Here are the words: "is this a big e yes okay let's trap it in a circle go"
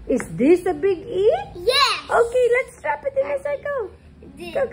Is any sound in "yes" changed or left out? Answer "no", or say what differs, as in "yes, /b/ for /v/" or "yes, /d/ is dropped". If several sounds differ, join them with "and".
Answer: yes, /s/ is dropped